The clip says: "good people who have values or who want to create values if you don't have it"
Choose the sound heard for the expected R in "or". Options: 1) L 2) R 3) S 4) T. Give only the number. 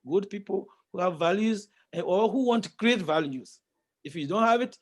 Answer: 1